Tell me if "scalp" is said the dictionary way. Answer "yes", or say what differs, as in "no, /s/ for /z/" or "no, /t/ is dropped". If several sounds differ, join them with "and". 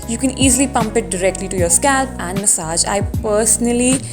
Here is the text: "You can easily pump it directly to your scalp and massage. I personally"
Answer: yes